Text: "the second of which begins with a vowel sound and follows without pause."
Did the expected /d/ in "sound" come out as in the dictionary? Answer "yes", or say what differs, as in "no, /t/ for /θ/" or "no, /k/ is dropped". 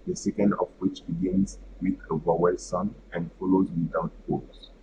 no, /d/ is dropped